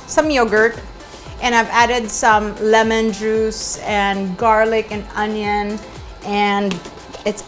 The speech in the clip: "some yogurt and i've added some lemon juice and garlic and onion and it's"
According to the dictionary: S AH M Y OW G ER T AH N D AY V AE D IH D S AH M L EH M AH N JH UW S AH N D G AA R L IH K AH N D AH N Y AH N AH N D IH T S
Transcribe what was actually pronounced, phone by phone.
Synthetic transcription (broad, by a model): S AH M Y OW G ER T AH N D AY V AE D IH D S AH M L EH M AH N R UW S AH N G AA R L IH K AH N AH N Y AH N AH N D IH T S